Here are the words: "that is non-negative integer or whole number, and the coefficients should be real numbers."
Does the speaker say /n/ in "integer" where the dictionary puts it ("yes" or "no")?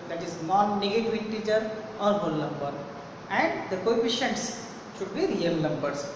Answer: no